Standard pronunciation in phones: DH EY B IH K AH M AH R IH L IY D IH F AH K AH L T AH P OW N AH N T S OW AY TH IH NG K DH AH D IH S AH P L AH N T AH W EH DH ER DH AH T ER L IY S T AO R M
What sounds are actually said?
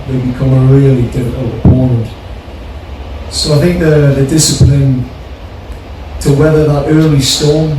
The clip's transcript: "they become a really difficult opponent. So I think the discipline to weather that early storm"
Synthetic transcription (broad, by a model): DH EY B IH K AH M AH R IH L IY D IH AH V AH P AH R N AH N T S OW AY TH IH NG K DH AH D IH S AH P L AH N T AH W EH DH ER DH AH T ER L IY S T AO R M